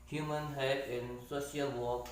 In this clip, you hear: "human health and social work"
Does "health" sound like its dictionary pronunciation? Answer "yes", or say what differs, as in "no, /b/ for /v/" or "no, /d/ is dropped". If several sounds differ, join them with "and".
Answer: no, /t/ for /θ/